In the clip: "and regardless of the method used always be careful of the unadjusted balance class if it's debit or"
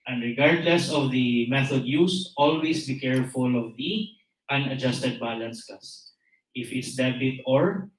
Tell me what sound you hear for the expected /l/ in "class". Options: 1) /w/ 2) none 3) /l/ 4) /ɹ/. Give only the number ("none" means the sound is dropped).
2